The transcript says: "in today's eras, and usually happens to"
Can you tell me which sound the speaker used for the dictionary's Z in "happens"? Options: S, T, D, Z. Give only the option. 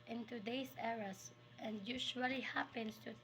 S